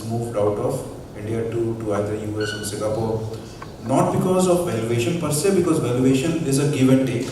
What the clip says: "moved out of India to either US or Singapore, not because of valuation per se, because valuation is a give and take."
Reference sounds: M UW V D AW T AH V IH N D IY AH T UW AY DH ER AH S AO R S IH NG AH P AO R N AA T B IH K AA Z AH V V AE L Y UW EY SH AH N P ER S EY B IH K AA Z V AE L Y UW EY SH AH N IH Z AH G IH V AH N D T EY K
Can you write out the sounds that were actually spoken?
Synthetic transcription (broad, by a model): M UW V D AW T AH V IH N D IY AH T UW AY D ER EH S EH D S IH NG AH P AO R N AA T B IH K AA Z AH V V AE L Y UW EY SH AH N P ER S EY B IH K AA Z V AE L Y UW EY SH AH N IH Z AH G IH V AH N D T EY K